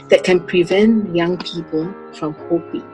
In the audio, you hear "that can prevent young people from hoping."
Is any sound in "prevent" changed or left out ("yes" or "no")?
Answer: no